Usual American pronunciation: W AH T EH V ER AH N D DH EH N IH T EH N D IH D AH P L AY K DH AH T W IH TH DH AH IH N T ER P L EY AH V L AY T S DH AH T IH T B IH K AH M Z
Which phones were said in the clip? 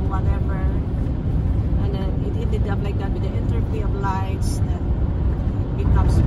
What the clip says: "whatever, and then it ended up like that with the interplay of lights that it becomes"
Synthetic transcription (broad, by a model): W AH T EH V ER AH N D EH N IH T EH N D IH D AH P L AY K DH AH T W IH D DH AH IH N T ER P IY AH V L AY T S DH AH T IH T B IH K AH M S